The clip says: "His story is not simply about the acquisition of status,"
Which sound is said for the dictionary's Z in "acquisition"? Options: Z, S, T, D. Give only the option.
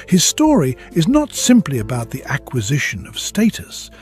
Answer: Z